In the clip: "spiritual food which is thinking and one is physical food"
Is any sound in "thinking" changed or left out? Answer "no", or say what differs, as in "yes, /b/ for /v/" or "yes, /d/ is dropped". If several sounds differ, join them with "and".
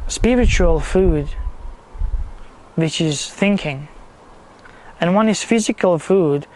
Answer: no